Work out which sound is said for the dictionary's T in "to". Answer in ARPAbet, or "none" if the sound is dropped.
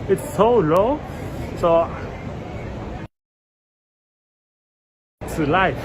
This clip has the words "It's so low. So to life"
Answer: S